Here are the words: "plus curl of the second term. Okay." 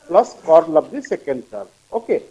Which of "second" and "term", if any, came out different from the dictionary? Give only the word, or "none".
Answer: term